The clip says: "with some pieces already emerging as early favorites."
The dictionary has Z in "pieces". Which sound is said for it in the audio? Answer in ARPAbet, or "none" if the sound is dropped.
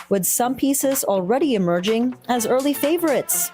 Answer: Z